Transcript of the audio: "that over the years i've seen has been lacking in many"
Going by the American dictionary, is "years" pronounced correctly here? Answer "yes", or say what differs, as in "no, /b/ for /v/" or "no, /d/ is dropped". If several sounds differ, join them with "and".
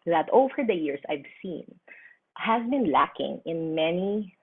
no, /s/ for /z/